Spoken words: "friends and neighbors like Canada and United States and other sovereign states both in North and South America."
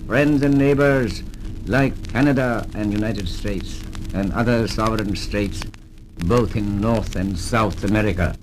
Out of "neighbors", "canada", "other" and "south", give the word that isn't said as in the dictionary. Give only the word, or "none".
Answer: none